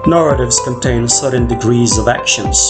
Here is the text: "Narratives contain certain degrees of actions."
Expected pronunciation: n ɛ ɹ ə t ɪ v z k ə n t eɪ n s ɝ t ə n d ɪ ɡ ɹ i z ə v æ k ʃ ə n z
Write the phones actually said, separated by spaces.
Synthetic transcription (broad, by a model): n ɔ ɹ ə t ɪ v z k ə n t eɪ n s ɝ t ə n d ɪ ɡ ɹ i z ə v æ k ʃ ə n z